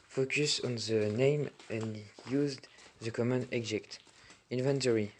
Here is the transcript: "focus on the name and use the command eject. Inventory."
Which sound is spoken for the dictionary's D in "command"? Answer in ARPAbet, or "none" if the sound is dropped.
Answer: none